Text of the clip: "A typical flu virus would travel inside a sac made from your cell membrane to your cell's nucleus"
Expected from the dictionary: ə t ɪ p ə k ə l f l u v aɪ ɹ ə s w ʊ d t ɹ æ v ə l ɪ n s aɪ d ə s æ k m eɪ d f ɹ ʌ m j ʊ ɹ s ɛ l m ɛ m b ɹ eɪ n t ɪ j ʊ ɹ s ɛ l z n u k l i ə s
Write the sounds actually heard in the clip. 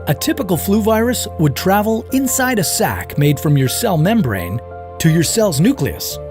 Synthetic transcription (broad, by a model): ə t ɪ p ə k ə l f l u v aɪ ɹ ə s w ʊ d t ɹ æ v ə l ɪ n s aɪ d ə s æ k m eɪ d f ɹ ʌ m j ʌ ɹ s ɛ l m ɛ m b ɹ eɪ n t ɪ j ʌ ɹ s ɛ l z n u k l i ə s